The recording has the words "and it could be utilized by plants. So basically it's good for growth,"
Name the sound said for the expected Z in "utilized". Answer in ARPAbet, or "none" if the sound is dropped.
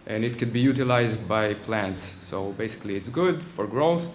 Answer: Z